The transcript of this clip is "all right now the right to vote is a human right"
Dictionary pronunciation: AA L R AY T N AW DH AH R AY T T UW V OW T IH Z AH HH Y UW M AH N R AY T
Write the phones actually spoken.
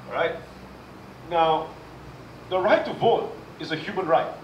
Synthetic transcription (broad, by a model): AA R AY T N AW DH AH R AY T T UW V OW T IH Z AH HH Y UW M AH N R AY T